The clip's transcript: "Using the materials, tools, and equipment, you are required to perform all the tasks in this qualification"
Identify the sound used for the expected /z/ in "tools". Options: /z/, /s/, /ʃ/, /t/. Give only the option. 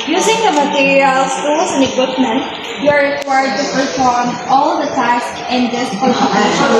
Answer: /s/